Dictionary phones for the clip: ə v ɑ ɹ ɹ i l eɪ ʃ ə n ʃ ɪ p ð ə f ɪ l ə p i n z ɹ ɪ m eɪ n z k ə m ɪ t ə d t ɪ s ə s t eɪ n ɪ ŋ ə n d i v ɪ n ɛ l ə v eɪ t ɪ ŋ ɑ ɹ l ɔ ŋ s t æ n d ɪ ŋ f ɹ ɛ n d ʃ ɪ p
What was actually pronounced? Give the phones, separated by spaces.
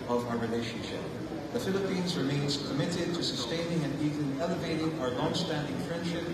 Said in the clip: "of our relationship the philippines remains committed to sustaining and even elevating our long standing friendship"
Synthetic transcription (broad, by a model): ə v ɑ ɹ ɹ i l eɪ ʃ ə n ʃ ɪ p ð ə f ɪ l ə p i n z ɹ ɪ m eɪ n z k ə m ɪ t ə d t ɪ s ə s t eɪ n ɪ ŋ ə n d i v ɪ n ɛ l ə v eɪ t ɪ ŋ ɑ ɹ l ɔ ŋ s t æ n d ɪ ŋ f ɹ ɛ n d ʃ ɪ p